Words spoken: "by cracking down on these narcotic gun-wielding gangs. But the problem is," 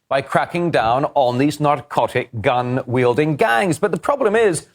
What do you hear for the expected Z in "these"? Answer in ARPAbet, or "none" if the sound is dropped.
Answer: Z